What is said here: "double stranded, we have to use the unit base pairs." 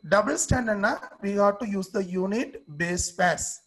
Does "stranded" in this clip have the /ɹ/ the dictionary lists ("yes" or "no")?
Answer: no